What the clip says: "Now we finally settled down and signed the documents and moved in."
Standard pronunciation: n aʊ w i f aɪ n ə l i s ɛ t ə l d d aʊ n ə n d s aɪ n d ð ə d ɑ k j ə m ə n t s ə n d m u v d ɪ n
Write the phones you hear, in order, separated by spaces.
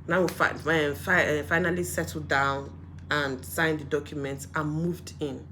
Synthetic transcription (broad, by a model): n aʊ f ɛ f aɪ n ə l i s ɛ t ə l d d aʊ n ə n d s aɪ n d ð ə d ɑ k j ə m ə n t s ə n m u v d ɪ n